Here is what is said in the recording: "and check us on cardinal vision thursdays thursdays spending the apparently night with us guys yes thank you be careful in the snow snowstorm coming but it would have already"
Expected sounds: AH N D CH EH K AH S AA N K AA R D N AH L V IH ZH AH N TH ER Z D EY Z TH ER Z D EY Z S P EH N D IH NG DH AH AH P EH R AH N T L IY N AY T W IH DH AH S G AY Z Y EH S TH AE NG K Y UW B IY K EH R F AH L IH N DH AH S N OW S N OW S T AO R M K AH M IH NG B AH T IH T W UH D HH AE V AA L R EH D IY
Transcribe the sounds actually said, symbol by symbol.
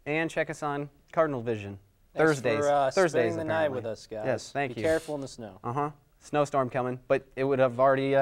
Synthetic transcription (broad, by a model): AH N CH EH K AH S N K AA R D N L V IH ZH AH N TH ER Z D EY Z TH ER Z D EY IH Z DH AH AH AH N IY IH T W IH DH AH S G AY Y EH S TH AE NG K Y UW EH R F L IH N DH AH S N OW S N OW S T AO R M K AH M IH NG B AH T IH T W UH D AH V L R EH D IY